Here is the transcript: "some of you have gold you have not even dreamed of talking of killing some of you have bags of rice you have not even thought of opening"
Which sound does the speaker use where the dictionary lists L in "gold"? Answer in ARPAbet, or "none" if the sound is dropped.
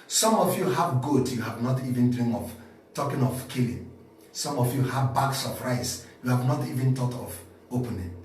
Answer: none